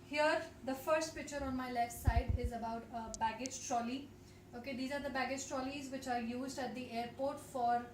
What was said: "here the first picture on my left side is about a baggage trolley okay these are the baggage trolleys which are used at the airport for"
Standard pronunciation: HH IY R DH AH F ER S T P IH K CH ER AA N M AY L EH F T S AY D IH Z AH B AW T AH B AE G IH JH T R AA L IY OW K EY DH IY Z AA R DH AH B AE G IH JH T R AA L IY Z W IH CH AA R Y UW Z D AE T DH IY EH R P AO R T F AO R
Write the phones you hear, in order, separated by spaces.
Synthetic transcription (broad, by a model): HH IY R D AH F ER S T P IH K CH ER AA N M AY L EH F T S AY D IH Z AH B AW T AH B AE G IH JH T R AA L IY OW K EY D IY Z AA R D AH B AE G IH JH T R AA L IY Z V IH CH AA R Y UW Z D AE T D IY EH R P AO R T F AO R